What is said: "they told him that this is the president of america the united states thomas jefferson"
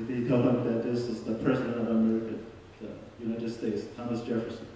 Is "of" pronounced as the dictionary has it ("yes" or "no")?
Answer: yes